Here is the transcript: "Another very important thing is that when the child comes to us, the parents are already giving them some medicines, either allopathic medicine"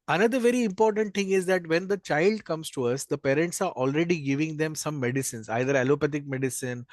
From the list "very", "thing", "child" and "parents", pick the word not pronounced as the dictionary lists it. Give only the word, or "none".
thing